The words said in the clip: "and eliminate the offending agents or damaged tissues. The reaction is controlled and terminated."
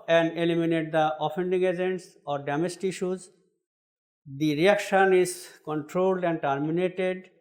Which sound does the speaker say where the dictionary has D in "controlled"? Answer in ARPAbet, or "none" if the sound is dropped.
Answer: D